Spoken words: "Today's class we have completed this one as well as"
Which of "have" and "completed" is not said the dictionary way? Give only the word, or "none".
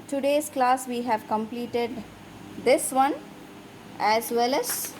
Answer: none